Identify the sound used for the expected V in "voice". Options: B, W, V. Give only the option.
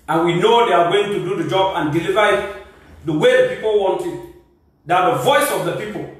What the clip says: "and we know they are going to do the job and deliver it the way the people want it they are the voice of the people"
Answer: V